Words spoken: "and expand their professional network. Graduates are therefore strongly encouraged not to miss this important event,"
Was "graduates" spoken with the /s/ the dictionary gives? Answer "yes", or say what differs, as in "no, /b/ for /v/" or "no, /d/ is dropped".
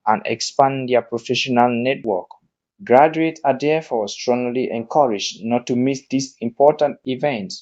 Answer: no, /s/ is dropped